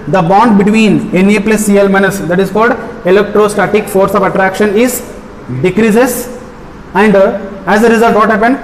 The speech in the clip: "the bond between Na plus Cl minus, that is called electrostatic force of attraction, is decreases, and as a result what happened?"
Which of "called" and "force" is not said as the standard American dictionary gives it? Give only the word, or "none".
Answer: none